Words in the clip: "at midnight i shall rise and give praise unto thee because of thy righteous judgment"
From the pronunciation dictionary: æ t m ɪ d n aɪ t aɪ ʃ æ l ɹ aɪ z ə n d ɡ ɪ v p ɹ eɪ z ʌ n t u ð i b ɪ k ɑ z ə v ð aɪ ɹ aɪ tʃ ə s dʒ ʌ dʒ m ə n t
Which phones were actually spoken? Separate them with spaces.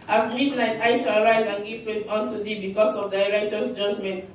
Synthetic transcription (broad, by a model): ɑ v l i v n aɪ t aɪ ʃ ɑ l ɹ aɪ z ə n ɡ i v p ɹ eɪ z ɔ n t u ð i b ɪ k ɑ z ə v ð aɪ ɹ aɪ tʃ ə s dʒ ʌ dʒ m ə n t